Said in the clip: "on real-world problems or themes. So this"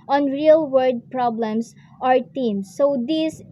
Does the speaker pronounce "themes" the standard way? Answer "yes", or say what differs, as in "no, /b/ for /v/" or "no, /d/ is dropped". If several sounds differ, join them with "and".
no, /t/ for /θ/